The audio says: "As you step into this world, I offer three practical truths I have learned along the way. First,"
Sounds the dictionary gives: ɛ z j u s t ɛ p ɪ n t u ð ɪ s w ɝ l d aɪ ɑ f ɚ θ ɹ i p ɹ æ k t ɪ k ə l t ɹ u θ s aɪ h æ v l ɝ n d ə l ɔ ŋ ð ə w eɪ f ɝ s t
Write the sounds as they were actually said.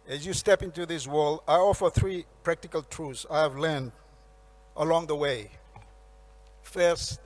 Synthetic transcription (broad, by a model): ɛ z j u s t ɛ p ɪ n t u ð ɪ s w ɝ l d aɪ ɑ f ɚ θ ɹ i p ɹ æ k t ɪ k ə l t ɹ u f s aɪ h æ v l ɝ n d ə l ɔ ŋ ð ə w eɪ f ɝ s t